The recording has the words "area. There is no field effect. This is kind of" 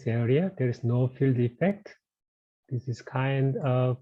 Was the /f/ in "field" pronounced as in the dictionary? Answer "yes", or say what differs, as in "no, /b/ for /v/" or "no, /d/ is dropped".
yes